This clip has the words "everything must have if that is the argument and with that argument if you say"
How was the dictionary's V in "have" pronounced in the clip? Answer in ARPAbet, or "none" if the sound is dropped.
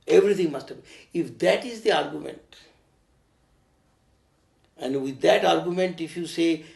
B